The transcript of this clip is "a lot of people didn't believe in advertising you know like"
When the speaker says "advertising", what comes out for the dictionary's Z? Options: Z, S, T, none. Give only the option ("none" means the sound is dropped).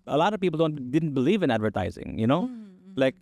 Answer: Z